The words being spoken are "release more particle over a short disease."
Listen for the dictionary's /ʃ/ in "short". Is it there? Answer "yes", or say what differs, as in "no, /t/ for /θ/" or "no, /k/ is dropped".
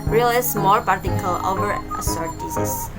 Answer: no, /s/ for /ʃ/